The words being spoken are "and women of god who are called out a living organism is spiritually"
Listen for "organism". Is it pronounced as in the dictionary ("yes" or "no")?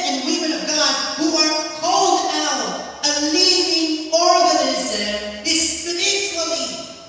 yes